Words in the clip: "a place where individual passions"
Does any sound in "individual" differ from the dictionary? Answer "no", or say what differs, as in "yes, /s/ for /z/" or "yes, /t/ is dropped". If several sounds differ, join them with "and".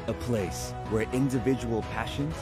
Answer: no